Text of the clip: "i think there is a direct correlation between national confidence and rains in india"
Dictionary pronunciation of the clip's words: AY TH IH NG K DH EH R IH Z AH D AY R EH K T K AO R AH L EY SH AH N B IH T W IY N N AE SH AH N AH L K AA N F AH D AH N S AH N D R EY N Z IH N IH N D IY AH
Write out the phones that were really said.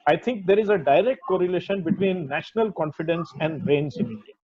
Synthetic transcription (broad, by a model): AY T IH NG K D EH R IH Z AH D AY R EH K T K AO R AH L EY SH AH N B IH T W IY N N AE SH AH N AH L K AA N F AH D AH N S AH N D R EY N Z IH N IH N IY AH